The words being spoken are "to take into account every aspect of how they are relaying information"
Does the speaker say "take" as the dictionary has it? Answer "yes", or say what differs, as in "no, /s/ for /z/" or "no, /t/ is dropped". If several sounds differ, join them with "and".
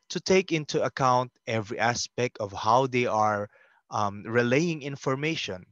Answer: yes